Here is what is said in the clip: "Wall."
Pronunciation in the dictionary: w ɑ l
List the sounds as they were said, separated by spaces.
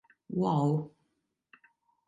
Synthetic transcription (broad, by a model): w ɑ w